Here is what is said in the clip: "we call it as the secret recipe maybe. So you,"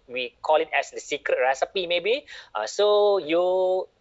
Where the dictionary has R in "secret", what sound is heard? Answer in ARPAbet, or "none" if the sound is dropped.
R